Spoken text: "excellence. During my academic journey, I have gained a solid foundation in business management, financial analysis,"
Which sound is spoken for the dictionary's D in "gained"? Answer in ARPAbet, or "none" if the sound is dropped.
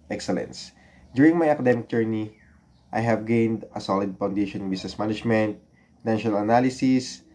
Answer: D